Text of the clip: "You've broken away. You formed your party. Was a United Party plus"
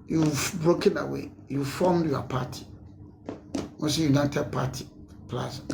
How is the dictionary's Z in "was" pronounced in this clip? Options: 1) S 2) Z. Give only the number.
1